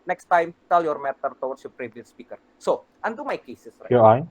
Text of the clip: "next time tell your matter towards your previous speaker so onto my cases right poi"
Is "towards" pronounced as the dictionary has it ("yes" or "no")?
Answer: no